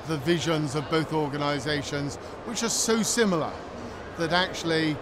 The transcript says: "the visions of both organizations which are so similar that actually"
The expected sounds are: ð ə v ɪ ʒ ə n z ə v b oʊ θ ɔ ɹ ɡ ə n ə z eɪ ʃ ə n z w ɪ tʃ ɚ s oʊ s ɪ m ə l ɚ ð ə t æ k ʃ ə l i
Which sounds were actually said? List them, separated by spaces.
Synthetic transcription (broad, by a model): ð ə v ɪ ʒ ə n z ə v b oʊ θ ɔ ɹ ɡ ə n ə z eɪ ʃ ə n z w ɪ tʃ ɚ s oʊ s ɪ m l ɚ ð ə t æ k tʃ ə l i